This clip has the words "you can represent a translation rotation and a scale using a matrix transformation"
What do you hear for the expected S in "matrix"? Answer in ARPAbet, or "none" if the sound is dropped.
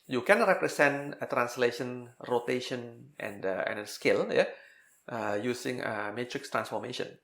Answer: S